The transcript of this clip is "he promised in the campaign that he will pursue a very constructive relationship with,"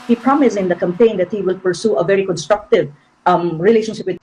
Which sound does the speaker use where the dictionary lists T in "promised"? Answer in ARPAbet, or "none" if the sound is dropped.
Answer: none